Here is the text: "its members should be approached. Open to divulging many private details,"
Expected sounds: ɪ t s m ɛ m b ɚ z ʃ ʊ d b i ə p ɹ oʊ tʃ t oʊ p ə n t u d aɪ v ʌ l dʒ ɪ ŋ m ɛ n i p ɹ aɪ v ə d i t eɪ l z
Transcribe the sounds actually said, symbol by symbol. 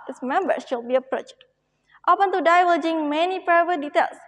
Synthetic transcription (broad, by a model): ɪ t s m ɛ m b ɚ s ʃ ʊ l b i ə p ɹ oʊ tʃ t oʊ p ə n t u d aɪ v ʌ dʒ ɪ ŋ m ɛ n i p ɹ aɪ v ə d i t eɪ l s